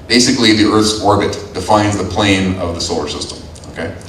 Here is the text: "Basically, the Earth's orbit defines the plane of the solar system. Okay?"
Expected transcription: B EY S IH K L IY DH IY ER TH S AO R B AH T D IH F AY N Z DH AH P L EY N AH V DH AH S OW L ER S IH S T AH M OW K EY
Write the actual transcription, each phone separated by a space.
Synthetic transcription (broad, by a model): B EY S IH K L IY DH IY ER TH S AO R B AH T D IH F AY N Z DH AH P L EY N AH V DH AH S OW L ER S IH S T AH M OW K EY